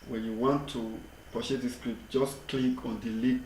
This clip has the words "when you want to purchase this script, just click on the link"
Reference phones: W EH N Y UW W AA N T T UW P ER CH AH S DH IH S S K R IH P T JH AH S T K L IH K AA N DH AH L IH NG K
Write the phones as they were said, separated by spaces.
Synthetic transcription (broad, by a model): W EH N Y UW W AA N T T UW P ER SH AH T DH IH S S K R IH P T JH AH S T K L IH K AA N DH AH L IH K